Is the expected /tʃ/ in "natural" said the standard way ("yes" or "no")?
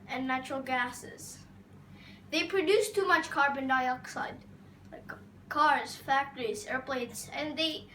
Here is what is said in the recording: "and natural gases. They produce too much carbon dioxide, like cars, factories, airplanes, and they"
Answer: yes